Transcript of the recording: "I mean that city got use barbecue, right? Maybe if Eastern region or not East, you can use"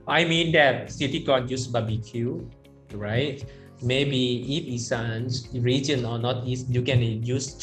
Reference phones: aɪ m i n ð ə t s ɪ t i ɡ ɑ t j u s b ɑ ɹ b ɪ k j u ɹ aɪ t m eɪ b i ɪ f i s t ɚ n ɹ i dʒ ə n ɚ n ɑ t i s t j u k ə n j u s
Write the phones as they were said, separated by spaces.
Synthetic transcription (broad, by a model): aɪ m i n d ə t s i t i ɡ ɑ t j u s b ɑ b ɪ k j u ɹ aɪ t m eɪ b i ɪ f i s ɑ n ɹ i dʒ ə n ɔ n ɑ t i s t j u k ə n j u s